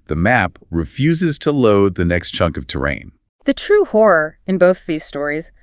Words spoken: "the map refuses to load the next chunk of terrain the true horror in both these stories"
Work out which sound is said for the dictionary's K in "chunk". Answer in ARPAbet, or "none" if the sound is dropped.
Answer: K